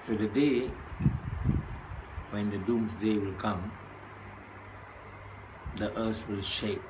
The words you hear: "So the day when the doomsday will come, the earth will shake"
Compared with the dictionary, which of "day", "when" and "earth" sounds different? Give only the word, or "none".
earth